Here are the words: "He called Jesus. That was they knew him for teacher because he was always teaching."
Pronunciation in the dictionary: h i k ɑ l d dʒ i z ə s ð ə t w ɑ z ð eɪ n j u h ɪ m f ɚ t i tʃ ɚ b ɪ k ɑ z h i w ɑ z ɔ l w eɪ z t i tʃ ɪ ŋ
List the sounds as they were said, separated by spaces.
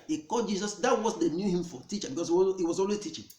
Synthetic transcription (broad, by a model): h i k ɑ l dʒ i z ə s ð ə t w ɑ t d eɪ n j u h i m f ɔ t i tʃ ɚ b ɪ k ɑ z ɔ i w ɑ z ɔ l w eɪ t i tʃ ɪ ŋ